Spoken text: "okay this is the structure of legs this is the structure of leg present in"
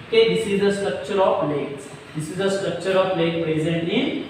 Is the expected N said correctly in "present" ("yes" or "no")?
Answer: yes